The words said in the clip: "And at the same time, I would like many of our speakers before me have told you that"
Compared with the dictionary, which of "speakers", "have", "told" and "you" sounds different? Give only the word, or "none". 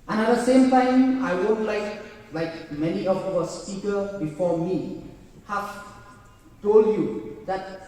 speakers